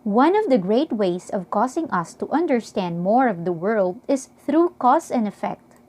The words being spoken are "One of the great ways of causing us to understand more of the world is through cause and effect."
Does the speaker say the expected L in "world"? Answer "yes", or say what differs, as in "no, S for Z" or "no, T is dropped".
yes